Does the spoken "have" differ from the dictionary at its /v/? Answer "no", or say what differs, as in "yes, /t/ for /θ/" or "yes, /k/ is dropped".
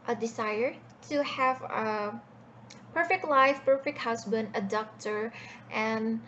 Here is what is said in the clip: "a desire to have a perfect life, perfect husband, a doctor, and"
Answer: no